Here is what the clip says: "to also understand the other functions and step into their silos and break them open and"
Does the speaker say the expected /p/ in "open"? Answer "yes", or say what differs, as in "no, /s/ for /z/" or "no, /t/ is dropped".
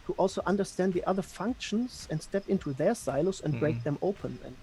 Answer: no, /p/ is dropped